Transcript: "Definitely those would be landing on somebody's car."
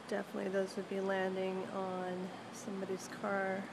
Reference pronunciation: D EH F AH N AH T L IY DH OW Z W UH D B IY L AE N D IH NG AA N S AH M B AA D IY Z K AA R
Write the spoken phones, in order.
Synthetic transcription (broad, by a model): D EH F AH N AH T L IY DH OW Z W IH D B IY L AE N D IH NG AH N S AH M B AA D IY Z K AA R